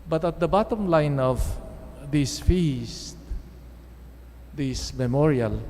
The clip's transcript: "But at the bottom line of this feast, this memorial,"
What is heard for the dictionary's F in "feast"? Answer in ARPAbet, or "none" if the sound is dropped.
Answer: F